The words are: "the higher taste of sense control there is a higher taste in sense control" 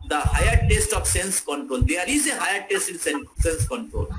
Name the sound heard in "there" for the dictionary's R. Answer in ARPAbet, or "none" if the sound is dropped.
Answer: L